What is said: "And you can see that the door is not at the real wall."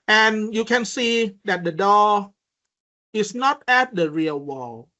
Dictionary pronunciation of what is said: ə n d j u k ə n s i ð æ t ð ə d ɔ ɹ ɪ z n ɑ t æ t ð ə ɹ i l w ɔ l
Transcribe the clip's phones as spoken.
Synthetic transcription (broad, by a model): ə n j u k ə n s i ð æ t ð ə d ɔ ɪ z n ɑ t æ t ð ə ɹ i l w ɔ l